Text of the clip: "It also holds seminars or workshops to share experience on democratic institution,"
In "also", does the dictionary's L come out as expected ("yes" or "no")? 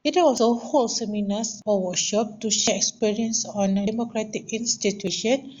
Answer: no